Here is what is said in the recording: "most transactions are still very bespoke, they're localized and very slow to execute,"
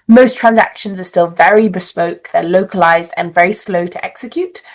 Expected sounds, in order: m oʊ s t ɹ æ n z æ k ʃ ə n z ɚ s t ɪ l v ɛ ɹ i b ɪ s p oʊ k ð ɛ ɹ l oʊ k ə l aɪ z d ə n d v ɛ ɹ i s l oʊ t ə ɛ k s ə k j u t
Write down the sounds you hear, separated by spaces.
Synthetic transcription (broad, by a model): m oʊ s t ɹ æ n z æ k ʃ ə n z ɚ s t ɪ l v ɛ ɹ i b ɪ s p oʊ k ð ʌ l oʊ k ə l aɪ z d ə n v ɛ ɹ i s l oʊ t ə ɛ k s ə k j u t